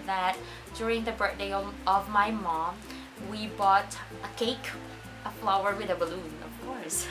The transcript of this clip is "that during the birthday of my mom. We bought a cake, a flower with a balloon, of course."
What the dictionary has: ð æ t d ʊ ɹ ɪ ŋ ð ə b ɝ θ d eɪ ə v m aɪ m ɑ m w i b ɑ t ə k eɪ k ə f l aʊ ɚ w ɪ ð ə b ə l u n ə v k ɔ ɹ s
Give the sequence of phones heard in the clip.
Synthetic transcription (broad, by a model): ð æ t d ʊ ɹ ɪ ŋ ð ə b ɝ t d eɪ ə v m aɪ m ɑ m w i b ɑ t ə k eɪ k ə f l aʊ ɚ w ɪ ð ə b ə l u n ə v k ɔ ɹ s